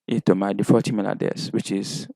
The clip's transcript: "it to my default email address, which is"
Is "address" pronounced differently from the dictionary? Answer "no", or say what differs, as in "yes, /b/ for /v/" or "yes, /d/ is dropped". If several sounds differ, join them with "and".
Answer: yes, /ɹ/ is dropped